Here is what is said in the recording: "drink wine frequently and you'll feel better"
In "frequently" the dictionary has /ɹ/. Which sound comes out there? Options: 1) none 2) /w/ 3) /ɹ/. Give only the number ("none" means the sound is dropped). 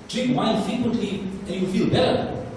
1